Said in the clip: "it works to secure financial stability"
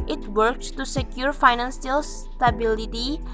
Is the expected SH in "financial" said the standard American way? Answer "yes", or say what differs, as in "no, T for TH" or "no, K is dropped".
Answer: no, S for SH